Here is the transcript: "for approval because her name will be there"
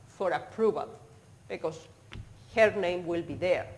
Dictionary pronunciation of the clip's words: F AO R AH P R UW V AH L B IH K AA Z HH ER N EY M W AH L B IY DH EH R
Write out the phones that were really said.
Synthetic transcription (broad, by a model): F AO R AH P R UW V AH L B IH K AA S HH ER N EY M W AH L B IY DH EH R